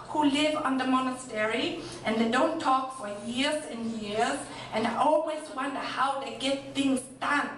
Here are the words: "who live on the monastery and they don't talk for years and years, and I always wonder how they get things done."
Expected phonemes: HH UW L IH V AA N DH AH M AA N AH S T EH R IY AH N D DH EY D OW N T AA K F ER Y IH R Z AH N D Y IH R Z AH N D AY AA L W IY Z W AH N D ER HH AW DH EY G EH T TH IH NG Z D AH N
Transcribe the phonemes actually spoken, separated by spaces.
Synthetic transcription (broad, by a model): HH UW L IH V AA N DH AH M AA N AH S T EH R IY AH N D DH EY D OW N T AA K F ER Y IH R Z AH N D Y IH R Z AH N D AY AA L W IY Z W AH N D ER HH AW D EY G EH T TH IH NG Z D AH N